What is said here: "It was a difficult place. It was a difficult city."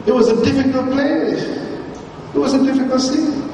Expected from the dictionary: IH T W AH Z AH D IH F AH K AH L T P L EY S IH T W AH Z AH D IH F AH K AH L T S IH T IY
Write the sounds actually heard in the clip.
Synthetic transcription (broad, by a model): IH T W AH Z AH D IH F AH K AH L T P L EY IH T W AH Z AH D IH F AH K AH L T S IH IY